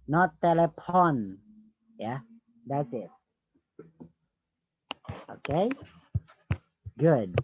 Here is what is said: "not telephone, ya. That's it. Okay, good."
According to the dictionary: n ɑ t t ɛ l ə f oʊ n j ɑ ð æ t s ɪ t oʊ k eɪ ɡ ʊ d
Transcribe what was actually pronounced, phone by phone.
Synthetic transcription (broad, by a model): n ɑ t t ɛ l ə p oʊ n j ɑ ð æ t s ɪ t oʊ k eɪ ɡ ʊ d